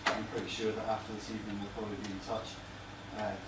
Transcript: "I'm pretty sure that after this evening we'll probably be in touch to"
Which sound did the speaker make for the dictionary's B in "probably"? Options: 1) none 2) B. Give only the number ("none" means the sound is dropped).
1